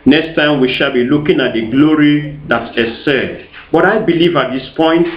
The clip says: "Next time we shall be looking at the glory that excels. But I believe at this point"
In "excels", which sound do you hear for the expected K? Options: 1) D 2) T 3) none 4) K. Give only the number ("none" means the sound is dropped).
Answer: 3